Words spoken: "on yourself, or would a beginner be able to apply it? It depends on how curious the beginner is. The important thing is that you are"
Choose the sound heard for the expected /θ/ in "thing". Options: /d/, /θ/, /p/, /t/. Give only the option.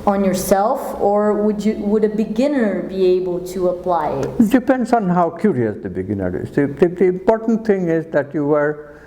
/t/